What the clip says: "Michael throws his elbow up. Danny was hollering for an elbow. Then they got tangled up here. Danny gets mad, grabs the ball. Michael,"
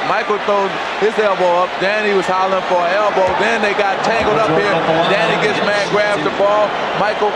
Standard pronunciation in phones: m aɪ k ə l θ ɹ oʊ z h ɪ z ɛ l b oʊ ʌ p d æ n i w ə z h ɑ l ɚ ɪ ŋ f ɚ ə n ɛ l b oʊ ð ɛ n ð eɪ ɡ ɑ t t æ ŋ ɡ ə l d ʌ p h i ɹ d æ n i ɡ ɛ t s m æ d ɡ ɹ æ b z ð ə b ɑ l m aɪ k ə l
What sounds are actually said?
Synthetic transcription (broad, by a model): m aɪ k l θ oʊ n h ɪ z ɛ l b oʊ ʌ p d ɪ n i w ə z h ɑ l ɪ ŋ f ɚ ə ɛ l b oʊ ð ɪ n ð eɪ ɡ ɑ t t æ ŋ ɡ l d ʌ p h i ɹ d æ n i ɡ ɛ t s m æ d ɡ ɹ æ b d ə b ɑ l m aɪ k l